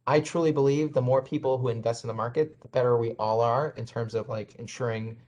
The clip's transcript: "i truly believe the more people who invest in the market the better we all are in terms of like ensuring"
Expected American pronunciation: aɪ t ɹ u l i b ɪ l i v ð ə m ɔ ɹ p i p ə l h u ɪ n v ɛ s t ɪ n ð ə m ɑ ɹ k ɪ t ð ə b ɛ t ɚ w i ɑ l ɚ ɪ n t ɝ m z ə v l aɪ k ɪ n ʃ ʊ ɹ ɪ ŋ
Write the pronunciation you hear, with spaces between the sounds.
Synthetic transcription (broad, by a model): aɪ t ɹ u l i b ɪ l i v ð ə m ɔ ɹ p i p l h u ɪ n v ɛ s t n ð ə m ɑ ɹ k ɪ t ð ə b ɛ t ɚ w i ɑ l ɚ ɪ n t ɝ m z ə v l aɪ k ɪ n ʃ ʊ ɹ ɪ ŋ